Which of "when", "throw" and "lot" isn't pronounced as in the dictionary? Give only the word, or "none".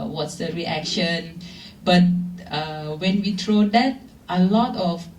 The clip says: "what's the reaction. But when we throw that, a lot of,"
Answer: throw